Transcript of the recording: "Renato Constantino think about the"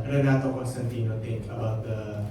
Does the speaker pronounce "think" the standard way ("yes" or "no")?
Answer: no